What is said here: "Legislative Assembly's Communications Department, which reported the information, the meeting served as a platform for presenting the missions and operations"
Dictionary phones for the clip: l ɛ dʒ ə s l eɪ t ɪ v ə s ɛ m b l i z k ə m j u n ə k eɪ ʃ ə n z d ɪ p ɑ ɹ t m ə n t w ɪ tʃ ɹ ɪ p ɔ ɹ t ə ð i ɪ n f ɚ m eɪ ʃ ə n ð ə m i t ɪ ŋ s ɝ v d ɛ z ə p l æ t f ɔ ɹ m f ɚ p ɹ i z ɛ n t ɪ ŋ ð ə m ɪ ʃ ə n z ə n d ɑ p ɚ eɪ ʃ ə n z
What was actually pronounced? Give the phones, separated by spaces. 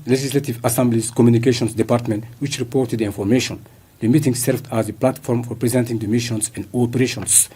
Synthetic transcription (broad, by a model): l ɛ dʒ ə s l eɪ t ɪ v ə s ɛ m b l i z k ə m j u n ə k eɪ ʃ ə n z d ɪ p ɑ ɹ t m ə n t w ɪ tʃ ɹ ɪ p ɔ ɹ t ə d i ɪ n f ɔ m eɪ ʃ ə n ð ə m i t ɪ ŋ s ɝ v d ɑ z ə p l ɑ t f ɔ ɹ m f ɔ p ɹ i z ɛ n t ɪ ŋ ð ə m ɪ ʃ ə n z ə n d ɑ p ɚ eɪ ʃ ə n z